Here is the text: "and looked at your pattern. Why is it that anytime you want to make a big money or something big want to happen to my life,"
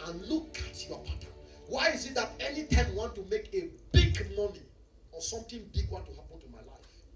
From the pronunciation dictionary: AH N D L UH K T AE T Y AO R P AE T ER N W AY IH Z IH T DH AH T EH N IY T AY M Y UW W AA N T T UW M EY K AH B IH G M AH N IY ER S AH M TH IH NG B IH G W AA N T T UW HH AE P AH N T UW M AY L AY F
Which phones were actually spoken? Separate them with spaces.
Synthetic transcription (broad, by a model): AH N L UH K AA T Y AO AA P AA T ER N W AY IH Z IH T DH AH T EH N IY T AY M W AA N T T UW M EY K AH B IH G M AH N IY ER S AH M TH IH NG B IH G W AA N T T UW HH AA P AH N T UW M AY L AY F